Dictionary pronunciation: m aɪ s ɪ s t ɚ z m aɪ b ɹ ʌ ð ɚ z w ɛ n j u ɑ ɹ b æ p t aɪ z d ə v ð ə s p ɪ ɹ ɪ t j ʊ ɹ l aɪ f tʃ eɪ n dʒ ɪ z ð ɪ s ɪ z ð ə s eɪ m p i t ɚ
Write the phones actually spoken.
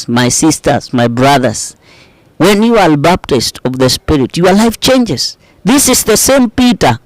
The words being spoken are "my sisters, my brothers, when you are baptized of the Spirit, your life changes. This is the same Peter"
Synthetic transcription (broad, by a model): m aɪ s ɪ s t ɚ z m aɪ b ɹ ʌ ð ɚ s w ɛ n j u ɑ l b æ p t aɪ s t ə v ð ə s p ɪ ɹ ɪ t j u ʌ l aɪ f tʃ eɪ n dʒ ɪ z ð ɪ s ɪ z ð ə s eɪ m p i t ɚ